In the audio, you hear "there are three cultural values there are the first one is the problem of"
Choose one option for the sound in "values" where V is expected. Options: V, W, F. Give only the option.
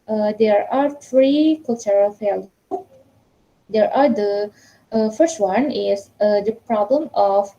F